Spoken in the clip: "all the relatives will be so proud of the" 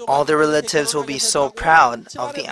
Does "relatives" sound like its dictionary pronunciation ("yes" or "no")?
yes